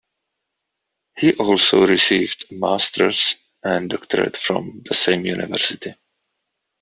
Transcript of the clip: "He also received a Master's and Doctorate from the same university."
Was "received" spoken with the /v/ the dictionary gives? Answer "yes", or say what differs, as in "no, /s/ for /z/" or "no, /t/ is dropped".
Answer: yes